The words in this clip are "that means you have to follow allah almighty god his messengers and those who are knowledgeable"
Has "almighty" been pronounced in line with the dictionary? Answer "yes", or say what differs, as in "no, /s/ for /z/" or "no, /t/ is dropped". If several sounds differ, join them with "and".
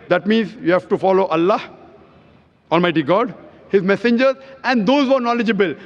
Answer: yes